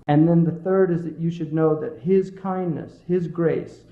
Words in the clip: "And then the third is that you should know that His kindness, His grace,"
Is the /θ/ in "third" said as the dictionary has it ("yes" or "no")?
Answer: yes